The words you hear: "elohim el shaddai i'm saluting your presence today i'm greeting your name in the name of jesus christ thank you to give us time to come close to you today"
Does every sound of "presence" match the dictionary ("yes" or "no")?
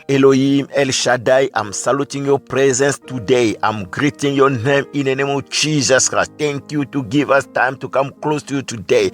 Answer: yes